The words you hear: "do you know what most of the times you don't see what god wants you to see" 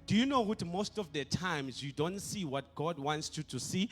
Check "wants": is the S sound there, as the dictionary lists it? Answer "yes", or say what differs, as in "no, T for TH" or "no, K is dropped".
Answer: yes